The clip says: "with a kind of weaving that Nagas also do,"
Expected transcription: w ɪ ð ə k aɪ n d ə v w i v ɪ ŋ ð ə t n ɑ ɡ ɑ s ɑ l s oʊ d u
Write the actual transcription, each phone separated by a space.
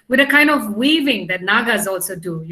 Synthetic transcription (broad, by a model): w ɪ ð ə k aɪ n d ə v w i v ɪ ŋ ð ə t n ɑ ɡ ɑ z ɑ l s oʊ d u